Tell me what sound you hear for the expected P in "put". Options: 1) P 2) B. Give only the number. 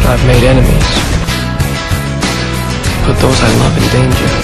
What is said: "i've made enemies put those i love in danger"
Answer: 2